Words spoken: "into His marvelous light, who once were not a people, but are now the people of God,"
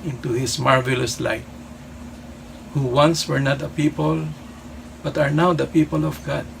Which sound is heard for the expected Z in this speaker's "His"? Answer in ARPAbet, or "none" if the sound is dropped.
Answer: S